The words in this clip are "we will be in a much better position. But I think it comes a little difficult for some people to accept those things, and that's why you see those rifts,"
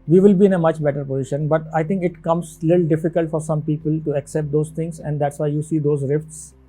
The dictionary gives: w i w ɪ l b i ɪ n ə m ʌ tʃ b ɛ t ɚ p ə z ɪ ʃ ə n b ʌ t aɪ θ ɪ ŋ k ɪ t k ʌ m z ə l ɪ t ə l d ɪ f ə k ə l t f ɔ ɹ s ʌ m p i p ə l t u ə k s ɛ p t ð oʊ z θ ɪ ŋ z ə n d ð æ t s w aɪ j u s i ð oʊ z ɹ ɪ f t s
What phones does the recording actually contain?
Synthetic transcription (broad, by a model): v i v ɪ l b i ɪ n ə m ʌ tʃ b ɛ t ɚ p ə z ɪ ʃ ə n b ʌ t aɪ t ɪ ŋ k ɪ t k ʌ m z l ɪ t l d ɪ f ə k ə l t f ɔ ɹ s ʌ m p i p ə l t u ə k s ɛ p t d oʊ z t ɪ ŋ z ə n d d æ t s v aɪ j u s i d oʊ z ɹ ɪ f t s